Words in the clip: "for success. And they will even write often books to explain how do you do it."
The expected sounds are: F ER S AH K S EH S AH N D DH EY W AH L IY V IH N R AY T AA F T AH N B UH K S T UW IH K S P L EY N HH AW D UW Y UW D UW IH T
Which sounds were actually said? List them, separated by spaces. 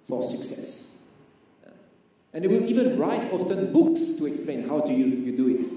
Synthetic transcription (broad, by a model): F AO S AH K S EH S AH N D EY W AH L IY V IH N R AY T AA F T AH N B UH K S T UW IH K S P L EY N HH AW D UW Y UW D UW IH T